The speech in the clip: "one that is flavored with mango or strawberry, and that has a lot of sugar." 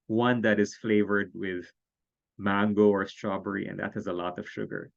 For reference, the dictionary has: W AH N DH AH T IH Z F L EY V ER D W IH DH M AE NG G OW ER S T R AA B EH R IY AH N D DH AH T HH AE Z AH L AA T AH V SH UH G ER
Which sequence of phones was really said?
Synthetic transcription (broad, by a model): W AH N DH AH T IH Z F L EY V ER D W IH DH M AE NG G OW ER S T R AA B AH R IY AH N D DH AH T HH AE Z AH L AA T AH V SH UH G ER